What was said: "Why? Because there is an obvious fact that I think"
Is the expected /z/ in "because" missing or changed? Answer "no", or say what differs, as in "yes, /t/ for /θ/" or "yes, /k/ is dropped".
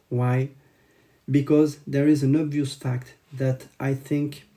no